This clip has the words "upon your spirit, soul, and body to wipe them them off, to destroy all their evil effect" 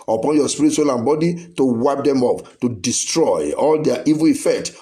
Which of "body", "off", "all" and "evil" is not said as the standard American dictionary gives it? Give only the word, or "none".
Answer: off